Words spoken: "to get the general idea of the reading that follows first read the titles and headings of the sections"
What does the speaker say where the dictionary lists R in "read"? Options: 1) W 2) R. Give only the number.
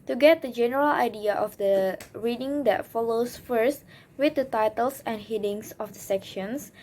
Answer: 1